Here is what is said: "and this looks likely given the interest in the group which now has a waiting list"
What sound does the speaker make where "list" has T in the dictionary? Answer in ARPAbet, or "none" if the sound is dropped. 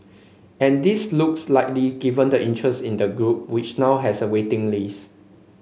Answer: none